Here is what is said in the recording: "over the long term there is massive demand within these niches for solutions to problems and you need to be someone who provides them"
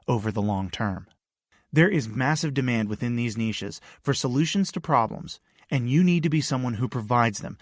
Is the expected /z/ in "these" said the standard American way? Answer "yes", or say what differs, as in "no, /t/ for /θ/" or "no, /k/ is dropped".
yes